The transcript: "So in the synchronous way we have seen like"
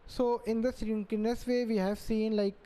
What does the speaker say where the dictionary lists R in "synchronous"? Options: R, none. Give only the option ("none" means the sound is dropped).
none